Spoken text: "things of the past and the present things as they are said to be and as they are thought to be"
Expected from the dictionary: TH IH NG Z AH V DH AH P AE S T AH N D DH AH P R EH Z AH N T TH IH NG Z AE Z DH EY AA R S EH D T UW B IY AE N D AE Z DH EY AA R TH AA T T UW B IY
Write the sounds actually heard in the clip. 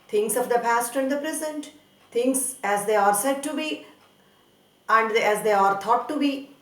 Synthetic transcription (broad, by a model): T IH NG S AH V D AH P AE S T AH N D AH P R EH Z AH N T T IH NG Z AE Z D EY AA R S EH D T UW B IY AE N D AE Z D EY AA R T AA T T UW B IY